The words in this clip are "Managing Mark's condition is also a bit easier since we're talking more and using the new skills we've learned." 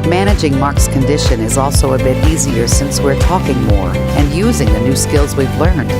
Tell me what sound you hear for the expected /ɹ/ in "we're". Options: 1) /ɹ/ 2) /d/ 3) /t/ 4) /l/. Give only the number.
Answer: 1